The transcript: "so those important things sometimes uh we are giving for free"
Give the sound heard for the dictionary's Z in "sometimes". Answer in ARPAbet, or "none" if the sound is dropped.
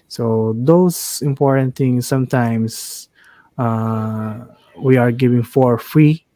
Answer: S